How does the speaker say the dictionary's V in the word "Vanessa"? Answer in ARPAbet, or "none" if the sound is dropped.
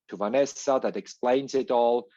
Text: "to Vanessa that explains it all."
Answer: V